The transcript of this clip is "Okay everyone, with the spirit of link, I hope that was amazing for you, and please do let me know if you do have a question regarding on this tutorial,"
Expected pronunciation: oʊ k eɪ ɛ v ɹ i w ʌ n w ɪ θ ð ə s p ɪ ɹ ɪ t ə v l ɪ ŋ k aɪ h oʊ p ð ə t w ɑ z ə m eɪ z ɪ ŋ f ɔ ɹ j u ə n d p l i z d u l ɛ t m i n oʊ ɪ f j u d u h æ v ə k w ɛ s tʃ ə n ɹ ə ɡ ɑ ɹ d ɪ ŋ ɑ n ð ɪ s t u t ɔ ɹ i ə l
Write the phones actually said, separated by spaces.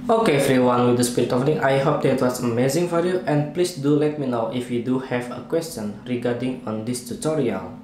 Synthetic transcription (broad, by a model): oʊ k eɪ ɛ f ɹ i w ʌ n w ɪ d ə s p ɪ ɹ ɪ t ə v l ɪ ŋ aɪ h oʊ p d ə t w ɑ s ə m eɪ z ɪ ŋ f ɔ ɹ j u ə n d p l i s d u l ɛ t m i n oʊ ɪ f j u d u h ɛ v ə k w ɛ s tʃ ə n ɹ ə ɡ ɑ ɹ d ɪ ŋ ɑ n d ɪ s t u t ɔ ɹ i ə l